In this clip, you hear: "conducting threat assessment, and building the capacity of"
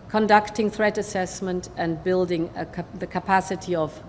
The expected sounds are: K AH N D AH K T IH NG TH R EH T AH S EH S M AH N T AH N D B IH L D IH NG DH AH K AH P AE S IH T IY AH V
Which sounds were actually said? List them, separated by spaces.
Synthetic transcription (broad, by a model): K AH N D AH K T IH NG TH R EH T AH S EH S M AH N T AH N B IH L D IH NG DH AH K AH P AE S IH T IY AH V